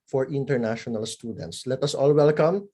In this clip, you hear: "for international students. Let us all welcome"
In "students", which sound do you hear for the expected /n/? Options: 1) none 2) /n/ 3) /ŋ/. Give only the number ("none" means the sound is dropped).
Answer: 2